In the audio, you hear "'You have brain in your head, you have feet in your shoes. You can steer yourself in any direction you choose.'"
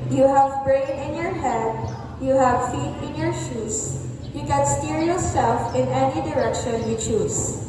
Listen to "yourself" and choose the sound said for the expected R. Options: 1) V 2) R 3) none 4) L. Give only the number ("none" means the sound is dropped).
4